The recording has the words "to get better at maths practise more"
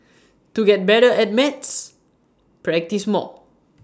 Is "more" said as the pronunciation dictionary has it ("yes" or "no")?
no